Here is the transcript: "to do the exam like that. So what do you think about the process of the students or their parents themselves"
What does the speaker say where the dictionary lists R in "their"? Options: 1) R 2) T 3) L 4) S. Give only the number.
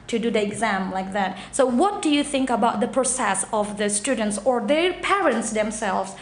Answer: 1